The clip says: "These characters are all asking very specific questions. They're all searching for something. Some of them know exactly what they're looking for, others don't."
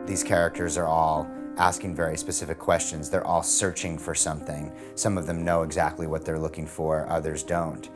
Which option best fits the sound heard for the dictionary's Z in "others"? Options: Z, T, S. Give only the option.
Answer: Z